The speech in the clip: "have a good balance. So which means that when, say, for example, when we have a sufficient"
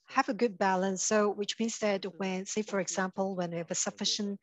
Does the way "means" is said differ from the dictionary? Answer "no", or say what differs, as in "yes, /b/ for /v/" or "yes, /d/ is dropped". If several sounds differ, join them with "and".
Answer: no